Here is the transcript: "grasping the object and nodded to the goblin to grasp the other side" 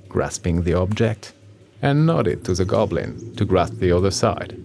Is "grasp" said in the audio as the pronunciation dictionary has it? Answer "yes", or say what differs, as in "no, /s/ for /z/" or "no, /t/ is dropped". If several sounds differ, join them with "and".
yes